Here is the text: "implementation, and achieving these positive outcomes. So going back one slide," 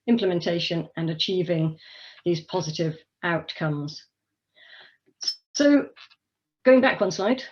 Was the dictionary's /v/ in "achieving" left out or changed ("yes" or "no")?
no